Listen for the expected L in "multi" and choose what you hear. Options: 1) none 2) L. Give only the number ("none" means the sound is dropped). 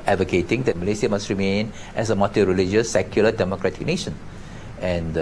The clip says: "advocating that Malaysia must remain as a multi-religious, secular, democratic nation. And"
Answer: 1